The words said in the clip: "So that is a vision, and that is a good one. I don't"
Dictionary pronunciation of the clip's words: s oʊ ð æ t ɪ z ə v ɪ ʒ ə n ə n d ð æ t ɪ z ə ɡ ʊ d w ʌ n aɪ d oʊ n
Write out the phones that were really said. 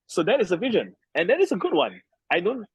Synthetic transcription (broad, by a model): s oʊ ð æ t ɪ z ə v ɪ ʒ ə n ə n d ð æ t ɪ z ə ɡ ʊ d w ʌ n aɪ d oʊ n